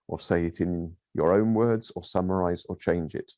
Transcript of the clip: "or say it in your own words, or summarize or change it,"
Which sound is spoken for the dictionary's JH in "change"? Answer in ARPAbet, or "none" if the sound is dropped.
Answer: JH